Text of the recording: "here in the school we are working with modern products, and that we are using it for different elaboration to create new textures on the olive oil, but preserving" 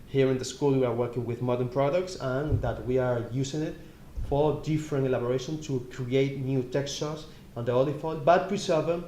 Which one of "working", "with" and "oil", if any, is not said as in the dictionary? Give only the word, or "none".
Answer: oil